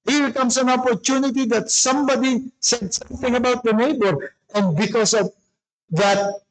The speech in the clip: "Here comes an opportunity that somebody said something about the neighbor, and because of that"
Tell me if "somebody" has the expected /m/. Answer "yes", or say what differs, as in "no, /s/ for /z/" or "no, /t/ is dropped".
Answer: yes